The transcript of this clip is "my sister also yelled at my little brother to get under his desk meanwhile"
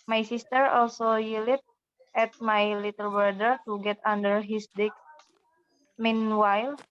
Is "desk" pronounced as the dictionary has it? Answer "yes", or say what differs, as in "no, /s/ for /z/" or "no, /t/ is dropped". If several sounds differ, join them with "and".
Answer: no, /s/ is dropped